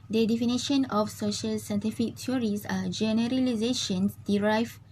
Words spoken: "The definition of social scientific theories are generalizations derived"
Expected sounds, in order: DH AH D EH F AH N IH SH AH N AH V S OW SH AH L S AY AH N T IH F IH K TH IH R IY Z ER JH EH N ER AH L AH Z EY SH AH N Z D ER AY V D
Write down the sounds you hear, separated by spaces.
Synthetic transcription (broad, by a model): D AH D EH F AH N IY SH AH N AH F S OW SH AH L S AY N T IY F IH K T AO R IY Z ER JH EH N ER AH L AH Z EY SH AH N S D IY AY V